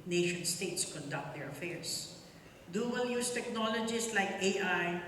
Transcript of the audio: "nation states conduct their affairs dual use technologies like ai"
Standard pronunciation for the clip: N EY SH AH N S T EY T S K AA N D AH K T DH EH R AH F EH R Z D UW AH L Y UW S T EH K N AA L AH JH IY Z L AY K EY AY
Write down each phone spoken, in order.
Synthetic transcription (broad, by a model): N EY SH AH N S T EY T S K AA N D AH K T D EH R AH F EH R S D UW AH L Y UW S T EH K N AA L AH JH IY S L AY K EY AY